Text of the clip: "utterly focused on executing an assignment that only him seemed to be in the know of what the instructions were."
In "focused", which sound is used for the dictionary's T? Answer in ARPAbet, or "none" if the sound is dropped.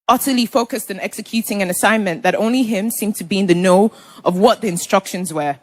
T